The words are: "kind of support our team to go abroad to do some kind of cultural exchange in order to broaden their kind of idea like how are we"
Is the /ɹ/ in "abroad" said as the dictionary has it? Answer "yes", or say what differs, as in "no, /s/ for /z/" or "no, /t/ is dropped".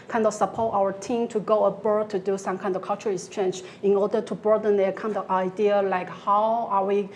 no, /ɹ/ is dropped